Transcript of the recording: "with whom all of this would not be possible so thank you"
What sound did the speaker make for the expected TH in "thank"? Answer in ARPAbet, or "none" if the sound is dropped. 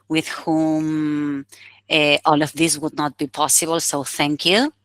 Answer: TH